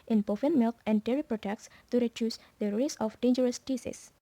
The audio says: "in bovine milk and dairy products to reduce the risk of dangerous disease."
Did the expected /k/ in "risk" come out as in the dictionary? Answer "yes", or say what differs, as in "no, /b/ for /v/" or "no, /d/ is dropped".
no, /k/ is dropped